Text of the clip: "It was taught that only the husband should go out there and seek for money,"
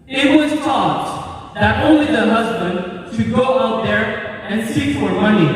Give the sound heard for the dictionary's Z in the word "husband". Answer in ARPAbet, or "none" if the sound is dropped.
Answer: Z